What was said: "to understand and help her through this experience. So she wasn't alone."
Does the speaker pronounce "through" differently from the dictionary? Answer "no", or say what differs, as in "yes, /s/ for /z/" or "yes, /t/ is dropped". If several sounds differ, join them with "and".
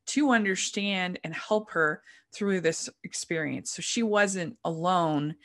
no